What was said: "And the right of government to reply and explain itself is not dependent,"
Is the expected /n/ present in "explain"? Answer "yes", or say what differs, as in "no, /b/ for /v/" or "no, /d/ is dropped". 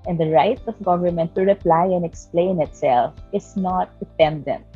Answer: yes